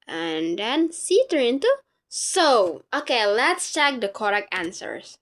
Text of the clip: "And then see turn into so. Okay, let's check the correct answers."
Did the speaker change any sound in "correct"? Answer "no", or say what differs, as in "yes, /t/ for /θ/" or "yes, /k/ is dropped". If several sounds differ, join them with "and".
yes, /t/ is dropped